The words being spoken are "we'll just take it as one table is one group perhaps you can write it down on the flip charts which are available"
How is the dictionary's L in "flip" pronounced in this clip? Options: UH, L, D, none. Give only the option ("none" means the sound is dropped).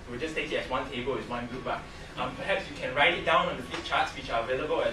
none